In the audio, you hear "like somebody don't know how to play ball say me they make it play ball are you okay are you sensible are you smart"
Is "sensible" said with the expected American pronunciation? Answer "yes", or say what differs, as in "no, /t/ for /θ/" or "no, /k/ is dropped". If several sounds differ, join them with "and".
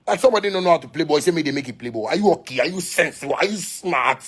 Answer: no, /b/ is dropped